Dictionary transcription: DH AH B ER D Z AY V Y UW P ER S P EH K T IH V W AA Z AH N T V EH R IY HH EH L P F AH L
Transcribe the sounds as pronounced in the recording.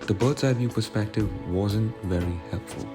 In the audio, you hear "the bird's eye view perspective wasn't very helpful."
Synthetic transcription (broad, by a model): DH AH B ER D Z AY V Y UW P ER S P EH K T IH V W AA Z AH N T V EH R IY HH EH L P F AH L